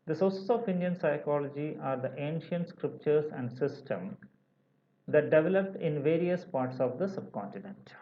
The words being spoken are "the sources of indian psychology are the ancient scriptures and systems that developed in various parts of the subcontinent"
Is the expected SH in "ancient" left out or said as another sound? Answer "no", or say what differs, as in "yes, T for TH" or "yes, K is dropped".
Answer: no